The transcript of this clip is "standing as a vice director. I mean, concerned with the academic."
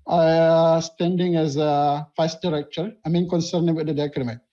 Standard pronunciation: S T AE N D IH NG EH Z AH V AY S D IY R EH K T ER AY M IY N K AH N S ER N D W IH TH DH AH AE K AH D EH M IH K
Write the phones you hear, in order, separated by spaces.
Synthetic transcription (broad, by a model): S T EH N D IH NG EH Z AH F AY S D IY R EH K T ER AY M IY N K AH N S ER N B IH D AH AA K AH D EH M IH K